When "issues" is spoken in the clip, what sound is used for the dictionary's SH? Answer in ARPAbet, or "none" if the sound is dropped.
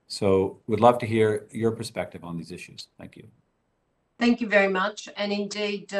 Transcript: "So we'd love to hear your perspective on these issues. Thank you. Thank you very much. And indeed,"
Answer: SH